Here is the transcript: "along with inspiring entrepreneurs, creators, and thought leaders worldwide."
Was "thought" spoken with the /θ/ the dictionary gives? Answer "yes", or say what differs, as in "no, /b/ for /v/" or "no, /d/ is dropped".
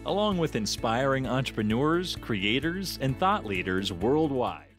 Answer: yes